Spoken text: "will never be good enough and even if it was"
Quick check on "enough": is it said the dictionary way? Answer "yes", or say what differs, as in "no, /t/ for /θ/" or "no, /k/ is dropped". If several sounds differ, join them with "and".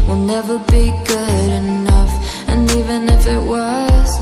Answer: yes